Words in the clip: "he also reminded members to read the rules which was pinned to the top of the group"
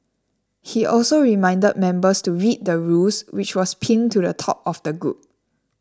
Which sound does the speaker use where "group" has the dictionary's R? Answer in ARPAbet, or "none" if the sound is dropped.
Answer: none